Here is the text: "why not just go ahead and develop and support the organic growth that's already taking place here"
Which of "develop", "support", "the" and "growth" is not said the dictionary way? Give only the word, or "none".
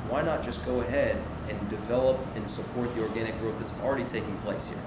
growth